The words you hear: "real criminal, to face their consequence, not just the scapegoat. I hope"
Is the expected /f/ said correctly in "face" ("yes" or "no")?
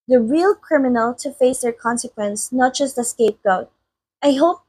yes